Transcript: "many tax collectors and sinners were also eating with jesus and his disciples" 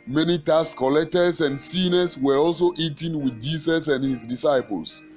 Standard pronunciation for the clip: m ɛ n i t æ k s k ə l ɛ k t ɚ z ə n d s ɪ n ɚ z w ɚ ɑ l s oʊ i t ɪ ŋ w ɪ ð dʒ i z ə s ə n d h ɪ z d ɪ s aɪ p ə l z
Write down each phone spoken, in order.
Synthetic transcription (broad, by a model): m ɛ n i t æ s k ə l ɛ k t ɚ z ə n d s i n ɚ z w ɚ ɑ l s oʊ i t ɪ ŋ w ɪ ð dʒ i s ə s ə n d h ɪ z d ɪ s aɪ p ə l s